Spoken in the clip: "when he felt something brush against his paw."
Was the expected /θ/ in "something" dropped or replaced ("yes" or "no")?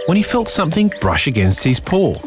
no